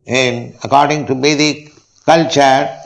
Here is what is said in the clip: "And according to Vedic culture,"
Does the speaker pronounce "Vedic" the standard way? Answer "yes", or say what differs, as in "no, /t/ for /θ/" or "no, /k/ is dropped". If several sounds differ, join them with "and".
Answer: no, /b/ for /v/